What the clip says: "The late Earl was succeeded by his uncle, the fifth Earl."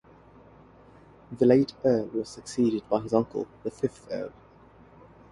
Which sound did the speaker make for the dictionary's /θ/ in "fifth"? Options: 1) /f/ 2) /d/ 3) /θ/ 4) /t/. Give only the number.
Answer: 3